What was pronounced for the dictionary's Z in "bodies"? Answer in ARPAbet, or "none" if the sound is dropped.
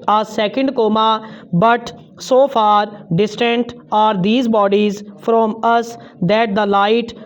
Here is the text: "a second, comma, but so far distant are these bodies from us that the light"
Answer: Z